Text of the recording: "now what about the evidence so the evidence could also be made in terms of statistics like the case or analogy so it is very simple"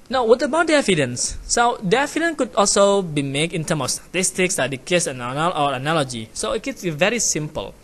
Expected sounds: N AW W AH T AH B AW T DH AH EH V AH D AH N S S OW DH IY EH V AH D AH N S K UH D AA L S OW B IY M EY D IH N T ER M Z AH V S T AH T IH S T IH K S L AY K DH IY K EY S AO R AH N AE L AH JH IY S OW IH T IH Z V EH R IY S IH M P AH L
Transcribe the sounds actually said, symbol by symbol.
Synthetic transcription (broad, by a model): N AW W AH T AH B AW T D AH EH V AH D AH N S S OW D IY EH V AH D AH N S K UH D AA L S OW B IY M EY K IH N T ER M AH F S T AH T IH S T IH K S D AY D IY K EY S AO L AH N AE L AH JH IY S OW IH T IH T V EH R IY S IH M P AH L